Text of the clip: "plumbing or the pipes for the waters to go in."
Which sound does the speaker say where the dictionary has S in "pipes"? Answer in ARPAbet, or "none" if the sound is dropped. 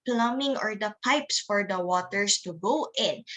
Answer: S